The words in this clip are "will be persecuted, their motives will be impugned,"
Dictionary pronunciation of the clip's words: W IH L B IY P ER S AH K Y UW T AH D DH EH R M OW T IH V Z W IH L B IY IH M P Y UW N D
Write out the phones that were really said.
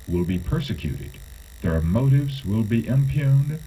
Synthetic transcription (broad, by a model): W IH L B IY P ER S AH K Y UW T AH D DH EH R M OW T IH V Z W IH L B IY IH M P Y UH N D